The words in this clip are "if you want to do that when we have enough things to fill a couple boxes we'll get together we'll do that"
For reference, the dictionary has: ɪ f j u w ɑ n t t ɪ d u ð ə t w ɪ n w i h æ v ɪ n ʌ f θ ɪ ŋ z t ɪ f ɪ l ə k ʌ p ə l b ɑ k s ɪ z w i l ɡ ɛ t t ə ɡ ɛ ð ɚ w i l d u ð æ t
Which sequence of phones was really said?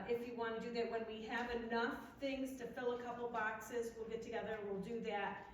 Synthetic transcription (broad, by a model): ɪ f j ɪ w ɑ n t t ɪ d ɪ ð ə t w ɪ n w i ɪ v ɪ n ʌ f θ ɪ ŋ z t ɪ f ɪ l ə k ʌ p l b ɑ k s ɪ z w i l ɡ ɛ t t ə ɡ ɛ ð ɚ w i l d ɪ ð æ t